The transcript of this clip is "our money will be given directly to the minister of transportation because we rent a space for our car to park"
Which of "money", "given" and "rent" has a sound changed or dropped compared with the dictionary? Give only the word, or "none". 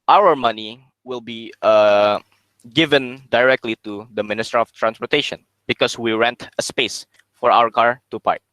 none